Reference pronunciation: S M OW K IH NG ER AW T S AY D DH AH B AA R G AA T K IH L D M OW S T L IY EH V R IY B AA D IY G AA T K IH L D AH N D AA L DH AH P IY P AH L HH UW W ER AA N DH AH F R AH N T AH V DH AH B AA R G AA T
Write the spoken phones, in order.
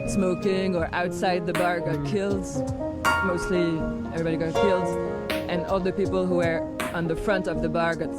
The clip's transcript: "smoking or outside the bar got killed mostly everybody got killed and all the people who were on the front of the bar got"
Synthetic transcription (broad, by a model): S M OW K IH NG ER AW T S AY D DH AH B AA R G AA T K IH L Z M OW S T L IY EH V R IY B AA D IY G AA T K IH L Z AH N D AA L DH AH P IY P AH L HH UW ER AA N DH AH F R AH N T AH V DH AH B AA R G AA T